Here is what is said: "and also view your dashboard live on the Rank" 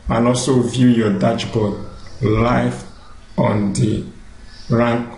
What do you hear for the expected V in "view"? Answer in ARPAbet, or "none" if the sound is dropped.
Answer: V